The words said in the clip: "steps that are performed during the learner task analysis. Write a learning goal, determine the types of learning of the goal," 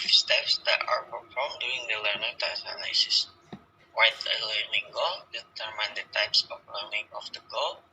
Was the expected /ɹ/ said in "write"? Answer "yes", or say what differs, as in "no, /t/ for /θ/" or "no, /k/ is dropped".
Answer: no, /w/ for /ɹ/